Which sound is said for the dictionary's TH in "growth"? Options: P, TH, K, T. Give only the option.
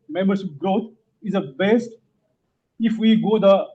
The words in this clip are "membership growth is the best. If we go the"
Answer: T